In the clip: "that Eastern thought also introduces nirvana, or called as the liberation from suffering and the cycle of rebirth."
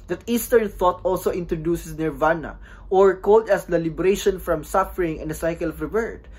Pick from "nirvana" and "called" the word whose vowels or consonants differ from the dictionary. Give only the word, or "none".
none